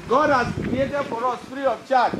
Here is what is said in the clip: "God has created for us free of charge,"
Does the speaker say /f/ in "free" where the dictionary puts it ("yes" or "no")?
no